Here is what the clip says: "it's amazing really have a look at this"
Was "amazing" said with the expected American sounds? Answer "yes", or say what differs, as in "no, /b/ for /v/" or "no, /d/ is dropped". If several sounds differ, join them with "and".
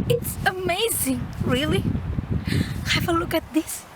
yes